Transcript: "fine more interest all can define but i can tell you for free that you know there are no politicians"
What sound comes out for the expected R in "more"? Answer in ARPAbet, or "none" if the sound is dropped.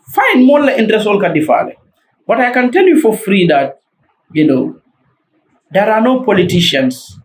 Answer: L